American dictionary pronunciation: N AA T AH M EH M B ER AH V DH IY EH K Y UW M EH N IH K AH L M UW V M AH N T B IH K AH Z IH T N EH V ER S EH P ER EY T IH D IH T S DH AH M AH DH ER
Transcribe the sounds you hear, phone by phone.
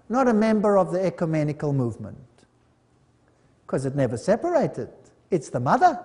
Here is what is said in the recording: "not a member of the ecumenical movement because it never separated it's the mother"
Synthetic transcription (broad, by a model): N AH T AH M EH M B ER AH V DH IY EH K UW M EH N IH K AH L M UW V M AH N T K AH Z IH T N EH V ER S EH P ER EY T IH D IH T S DH AH M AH DH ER